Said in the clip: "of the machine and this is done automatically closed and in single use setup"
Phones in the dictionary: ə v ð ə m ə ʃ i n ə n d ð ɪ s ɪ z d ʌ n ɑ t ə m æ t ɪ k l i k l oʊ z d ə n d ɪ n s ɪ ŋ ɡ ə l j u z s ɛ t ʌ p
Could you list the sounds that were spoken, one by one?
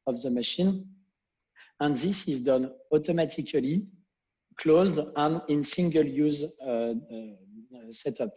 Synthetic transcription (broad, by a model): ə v ð ə m ə ʃ i n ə n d ð ɪ s ɪ z d ʌ n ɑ t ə m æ t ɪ k l i k l oʊ z d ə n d ɪ n s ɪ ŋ ɡ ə l j u z s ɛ t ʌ p